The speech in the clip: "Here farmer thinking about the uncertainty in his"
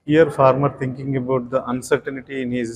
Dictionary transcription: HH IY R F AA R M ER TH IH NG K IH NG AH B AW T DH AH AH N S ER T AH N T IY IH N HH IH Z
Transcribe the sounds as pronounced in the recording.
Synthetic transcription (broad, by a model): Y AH R F AA R M ER T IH NG K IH NG AH B AW T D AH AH N S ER T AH N T IY IH N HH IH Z